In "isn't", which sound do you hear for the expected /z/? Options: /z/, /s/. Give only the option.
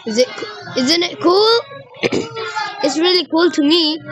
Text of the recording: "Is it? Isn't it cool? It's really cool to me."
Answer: /z/